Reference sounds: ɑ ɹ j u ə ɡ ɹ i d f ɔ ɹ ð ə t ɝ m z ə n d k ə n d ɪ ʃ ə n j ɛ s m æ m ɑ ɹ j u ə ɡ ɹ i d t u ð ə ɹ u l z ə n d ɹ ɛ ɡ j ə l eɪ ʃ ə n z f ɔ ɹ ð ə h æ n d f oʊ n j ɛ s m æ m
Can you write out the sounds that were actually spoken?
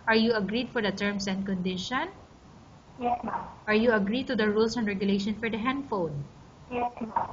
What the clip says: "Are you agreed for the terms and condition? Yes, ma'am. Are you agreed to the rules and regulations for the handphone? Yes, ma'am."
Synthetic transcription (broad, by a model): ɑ ɹ j u ə ɡ ɹ i d f ɔ ɹ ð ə t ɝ m s ə n d k ə n d ɪ ʃ ə n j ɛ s ɑ ɹ j u ə ɡ ɹ i d t u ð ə ɹ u l s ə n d ɹ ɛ ɡ j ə l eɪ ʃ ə n f ɔ ɹ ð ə h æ n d f oʊ n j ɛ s